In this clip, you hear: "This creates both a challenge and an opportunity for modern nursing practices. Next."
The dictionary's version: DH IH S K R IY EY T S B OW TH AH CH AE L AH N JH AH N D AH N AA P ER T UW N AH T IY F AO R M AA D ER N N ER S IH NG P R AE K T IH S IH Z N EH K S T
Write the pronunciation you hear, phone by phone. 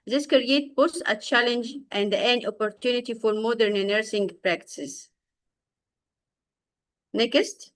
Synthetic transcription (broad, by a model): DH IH S K R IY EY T B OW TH AH CH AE L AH N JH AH N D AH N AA P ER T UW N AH T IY F AO R M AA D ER N N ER S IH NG P R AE K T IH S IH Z N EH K S T